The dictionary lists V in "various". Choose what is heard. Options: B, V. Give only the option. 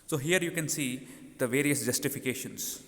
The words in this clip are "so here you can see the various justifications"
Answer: V